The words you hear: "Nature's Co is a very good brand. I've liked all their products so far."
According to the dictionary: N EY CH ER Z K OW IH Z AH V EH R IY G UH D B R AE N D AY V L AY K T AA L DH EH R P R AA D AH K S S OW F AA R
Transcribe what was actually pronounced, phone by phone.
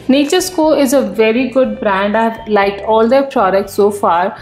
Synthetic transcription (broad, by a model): N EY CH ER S K OW IH Z AH V EH R IY G UH D B R AE N D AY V L AY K AA L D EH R P R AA D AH K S S OW F AA R